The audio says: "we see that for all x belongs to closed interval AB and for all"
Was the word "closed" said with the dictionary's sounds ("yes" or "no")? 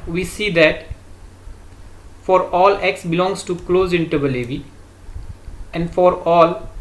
no